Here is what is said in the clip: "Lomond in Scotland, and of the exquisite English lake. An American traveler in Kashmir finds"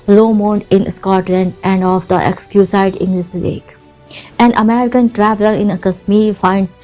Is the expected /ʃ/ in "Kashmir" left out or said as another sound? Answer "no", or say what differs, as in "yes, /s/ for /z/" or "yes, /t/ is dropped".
yes, /s/ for /ʃ/